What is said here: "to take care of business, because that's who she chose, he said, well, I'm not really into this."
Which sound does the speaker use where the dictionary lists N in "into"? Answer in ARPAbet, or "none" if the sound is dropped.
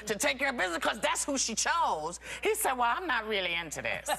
N